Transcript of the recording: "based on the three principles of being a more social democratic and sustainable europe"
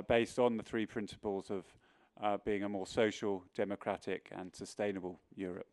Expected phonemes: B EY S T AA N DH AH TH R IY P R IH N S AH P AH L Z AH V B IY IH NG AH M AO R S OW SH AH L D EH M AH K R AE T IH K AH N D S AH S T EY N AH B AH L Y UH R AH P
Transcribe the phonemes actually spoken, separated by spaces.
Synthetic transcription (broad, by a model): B EY S T N DH AH TH R IY P R IH N S AH P AH L Z AH V B IY IH NG AH M AO S OW SH AH L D EH M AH K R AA T IH K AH N S AH S T EY N AH B AH L Y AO R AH P